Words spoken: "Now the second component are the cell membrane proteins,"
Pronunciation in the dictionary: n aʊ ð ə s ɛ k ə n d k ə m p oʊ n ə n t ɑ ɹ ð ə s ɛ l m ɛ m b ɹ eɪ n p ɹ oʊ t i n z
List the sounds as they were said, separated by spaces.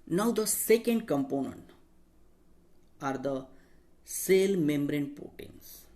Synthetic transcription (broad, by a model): n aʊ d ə s ɛ k ə n d k ə m p oʊ n ə n t ɑ ɹ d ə s ɛ l m ɛ m b ɹ eɪ n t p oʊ t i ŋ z